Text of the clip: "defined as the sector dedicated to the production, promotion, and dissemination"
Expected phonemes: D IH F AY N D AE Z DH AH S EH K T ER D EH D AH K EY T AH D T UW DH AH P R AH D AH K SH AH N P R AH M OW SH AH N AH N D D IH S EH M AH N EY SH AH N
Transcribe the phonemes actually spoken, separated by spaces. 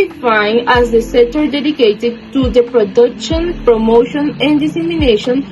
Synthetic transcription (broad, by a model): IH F AY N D AE Z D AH S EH T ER D EH D AH K EY T AH D T UW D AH P R AH D AH K SH AH N P R AH M OW SH AH N AH N D D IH S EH M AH N EY SH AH N